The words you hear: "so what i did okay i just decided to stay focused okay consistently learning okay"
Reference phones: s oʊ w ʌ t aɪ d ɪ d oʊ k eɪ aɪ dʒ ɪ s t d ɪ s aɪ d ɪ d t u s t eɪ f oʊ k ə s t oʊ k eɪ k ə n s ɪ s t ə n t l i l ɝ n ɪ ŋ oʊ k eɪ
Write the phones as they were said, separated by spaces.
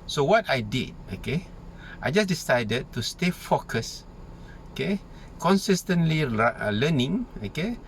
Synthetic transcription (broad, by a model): s oʊ w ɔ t aɪ d ɪ d oʊ k eɪ aɪ dʒ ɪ s d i s aɪ d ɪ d t u s t eɪ f oʊ k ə s oʊ k eɪ k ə n s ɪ s t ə n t l i l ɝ n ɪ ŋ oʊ k eɪ